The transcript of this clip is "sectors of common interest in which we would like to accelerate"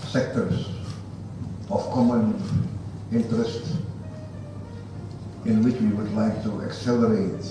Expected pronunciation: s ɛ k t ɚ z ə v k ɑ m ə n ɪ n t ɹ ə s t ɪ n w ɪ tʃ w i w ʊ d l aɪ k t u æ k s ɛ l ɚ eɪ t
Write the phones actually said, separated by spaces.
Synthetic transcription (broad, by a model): s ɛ k t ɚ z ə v k ɑ m ə n ɪ n t ɹ ə s t ɪ n w ɪ tʃ w i w ʊ d l aɪ k t u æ k s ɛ l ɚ eɪ t